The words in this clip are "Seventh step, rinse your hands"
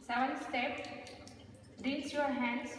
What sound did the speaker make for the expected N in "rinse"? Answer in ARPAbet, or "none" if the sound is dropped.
none